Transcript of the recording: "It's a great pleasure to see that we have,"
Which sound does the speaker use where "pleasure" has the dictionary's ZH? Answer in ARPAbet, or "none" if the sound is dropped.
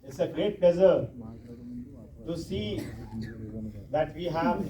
Z